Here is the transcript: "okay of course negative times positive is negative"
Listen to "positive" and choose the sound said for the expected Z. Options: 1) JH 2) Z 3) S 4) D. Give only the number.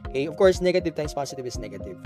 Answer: 3